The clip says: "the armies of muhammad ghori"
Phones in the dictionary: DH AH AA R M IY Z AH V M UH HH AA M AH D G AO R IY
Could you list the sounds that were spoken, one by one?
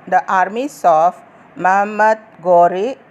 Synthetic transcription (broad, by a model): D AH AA R M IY S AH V M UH HH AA M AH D G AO R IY